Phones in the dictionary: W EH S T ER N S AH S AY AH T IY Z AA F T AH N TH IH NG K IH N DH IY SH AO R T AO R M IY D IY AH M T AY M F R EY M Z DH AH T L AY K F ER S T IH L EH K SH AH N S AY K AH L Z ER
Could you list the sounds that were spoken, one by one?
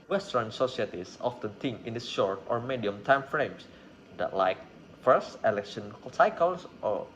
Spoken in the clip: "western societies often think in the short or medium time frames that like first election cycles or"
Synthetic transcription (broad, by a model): W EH S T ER N S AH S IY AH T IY S AA F T AH N T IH NG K IH N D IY SH AO R T AO R M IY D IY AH M T AY M F R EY M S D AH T L AY K F ER S T IH L EH K SH AH N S AY K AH L S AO